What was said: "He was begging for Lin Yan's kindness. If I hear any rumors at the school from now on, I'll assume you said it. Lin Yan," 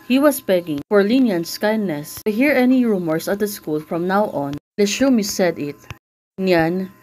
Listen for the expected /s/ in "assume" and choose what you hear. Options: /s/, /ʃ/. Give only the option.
/ʃ/